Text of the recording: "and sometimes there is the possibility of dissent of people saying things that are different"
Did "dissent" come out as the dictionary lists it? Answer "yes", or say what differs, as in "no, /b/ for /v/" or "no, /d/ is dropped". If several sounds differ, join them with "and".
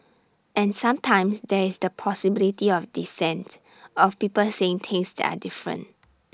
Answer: yes